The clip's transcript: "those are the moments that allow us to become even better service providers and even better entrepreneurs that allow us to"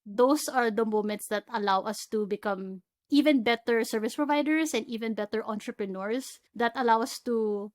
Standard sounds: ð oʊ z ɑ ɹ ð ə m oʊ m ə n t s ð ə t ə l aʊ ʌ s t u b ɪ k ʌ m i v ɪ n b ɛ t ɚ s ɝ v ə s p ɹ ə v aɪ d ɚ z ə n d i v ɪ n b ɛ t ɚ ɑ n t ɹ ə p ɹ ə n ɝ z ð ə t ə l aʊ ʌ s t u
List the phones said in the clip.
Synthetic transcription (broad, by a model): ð oʊ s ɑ ɹ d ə m oʊ m ə n t s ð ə t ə l aʊ ʌ s t u b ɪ k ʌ m i v ɪ n b ɛ t ɚ s ɝ v ə s p ɹ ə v aɪ d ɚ s ə n d i v ɪ n b ɛ t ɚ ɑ n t ɹ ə p ɹ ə n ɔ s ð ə t ə l aʊ ʌ s t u